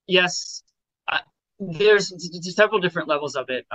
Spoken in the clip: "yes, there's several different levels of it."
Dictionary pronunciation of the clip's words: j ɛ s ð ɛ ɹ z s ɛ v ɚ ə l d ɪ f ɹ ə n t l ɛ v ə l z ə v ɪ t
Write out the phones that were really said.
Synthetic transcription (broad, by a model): j ɛ s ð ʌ ɹ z s ɛ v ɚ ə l d ɪ f ɹ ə n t l ɛ v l z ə b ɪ t